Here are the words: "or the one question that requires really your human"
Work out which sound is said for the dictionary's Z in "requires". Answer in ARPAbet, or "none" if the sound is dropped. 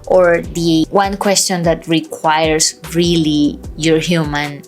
S